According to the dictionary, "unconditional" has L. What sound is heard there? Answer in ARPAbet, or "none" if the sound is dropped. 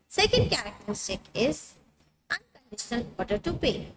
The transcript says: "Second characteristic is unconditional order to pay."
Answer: L